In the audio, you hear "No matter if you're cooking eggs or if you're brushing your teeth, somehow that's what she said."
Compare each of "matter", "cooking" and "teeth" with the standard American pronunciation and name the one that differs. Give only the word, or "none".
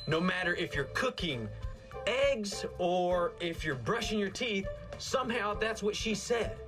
none